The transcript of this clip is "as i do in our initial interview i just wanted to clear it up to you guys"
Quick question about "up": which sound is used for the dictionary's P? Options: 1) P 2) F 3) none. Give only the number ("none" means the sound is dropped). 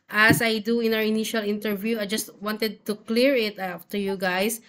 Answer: 2